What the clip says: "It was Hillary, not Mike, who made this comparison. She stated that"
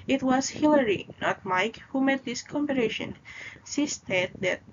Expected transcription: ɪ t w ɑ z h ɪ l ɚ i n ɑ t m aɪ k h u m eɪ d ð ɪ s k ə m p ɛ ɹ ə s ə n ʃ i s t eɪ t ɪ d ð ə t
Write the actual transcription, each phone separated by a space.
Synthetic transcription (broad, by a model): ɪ t w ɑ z h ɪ l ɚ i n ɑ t m aɪ k h u m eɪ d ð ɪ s k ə m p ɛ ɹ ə ʃ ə n s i s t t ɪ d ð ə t